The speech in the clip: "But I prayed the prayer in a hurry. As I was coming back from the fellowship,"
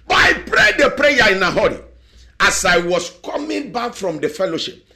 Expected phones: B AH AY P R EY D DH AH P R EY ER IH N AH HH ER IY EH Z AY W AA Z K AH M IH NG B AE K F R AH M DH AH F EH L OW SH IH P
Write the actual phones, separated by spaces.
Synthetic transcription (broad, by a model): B AY P R EY D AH P R EY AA IH N AH HH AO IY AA S AY W AA S K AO M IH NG B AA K F R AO M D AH F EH L OW SH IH P